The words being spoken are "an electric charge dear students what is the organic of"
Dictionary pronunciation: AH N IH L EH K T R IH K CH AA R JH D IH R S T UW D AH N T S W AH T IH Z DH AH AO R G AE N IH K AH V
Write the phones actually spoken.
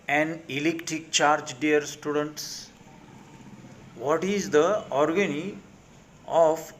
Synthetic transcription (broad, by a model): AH N IH L EH K T R IH K CH AA R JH D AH R S T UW D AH N T S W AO T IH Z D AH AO R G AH N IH AH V